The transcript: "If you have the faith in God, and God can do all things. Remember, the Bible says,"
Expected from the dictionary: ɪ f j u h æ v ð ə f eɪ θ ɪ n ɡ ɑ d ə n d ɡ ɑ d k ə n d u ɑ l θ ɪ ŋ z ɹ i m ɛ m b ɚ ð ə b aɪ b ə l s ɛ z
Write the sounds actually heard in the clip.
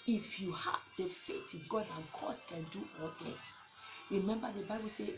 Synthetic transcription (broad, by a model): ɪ f j u h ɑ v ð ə f eɪ t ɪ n ɡ ɑ d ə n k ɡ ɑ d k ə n d u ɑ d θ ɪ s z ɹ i m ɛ m b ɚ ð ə b aɪ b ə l s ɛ